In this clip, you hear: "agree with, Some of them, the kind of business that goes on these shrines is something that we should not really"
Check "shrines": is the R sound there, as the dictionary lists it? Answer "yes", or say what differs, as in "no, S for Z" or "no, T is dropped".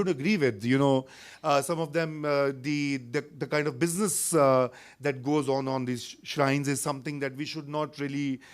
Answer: yes